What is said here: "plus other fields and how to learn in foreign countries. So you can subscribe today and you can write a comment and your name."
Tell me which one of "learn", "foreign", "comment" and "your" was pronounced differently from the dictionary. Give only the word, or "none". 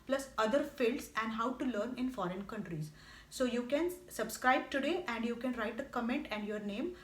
none